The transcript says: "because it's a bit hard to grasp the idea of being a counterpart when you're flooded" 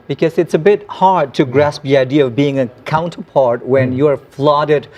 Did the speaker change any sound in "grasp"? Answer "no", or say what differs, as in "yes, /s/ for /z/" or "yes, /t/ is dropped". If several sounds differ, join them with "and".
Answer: no